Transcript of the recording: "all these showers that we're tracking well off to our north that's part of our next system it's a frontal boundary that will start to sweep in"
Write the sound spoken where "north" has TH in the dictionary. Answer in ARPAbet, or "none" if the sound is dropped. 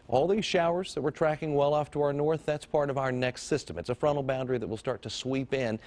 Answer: TH